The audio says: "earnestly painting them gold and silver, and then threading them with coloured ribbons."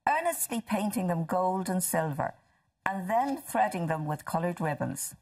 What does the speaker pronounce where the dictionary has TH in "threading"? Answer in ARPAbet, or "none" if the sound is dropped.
TH